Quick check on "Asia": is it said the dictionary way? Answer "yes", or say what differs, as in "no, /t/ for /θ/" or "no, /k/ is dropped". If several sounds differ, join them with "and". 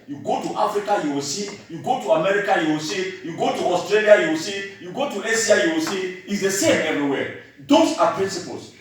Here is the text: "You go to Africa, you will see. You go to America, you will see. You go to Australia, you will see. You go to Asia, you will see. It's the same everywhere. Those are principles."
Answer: no, /s/ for /ʒ/